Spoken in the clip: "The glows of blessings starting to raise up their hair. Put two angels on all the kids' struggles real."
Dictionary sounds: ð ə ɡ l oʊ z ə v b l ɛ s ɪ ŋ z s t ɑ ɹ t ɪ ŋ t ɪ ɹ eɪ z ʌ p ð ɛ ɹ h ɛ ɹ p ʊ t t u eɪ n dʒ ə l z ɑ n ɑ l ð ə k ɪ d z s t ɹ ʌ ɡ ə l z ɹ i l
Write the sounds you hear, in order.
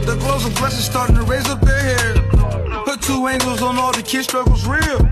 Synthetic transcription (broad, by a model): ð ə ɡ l oʊ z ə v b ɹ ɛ s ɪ z s t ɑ ɹ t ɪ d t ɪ ɹ eɪ z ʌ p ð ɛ ɹ h ɛ ɹ p ʊ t t u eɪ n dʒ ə l z n ɑ l ð ə k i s t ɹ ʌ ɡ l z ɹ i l